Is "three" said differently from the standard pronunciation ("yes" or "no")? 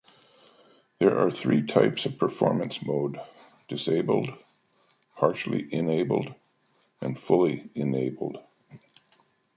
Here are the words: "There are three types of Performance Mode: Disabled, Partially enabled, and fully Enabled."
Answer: no